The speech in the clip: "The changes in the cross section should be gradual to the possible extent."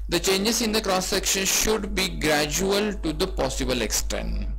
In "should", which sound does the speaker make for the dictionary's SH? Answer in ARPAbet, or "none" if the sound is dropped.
SH